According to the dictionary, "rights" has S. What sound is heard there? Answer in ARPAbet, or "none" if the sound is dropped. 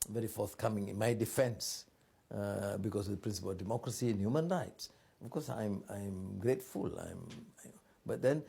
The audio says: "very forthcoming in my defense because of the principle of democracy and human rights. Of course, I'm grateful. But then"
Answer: S